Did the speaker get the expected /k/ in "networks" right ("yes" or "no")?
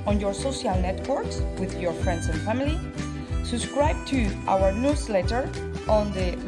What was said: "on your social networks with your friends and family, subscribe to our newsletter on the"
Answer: yes